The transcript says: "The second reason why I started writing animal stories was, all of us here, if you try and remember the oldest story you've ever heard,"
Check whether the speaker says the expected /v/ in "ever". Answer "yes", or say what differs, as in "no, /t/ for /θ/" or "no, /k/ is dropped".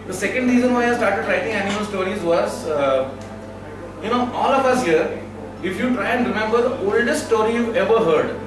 yes